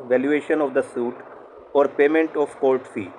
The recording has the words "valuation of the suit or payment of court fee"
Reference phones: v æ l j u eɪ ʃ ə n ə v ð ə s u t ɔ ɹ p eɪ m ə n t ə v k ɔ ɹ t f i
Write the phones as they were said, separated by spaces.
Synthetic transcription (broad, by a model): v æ l j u eɪ ʃ ə n ə v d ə s u t ɔ ɹ p eɪ m ə n t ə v k ɔ l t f i